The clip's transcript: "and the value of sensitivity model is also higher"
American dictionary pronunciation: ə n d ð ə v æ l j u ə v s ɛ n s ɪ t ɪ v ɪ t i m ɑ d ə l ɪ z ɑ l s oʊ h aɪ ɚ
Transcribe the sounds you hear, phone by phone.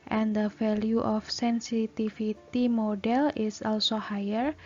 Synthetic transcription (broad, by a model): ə n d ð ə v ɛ l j u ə f s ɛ n s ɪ t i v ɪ t i m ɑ d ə l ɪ s ɑ l s oʊ h aɪ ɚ